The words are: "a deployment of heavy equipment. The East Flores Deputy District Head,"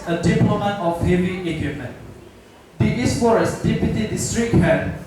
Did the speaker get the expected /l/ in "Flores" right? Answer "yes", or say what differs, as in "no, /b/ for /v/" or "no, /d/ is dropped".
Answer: no, /l/ is dropped